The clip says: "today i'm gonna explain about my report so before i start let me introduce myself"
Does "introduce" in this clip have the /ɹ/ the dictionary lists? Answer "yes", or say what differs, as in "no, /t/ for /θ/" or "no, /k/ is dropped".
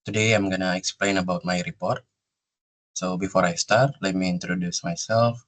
yes